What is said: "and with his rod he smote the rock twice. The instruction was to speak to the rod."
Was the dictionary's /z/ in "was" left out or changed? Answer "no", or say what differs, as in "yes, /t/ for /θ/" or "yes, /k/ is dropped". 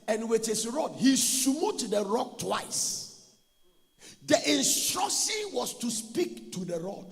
yes, /s/ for /z/